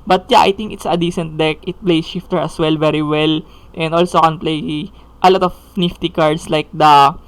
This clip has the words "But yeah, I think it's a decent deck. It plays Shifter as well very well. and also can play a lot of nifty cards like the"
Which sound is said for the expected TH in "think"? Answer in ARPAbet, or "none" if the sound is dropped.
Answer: T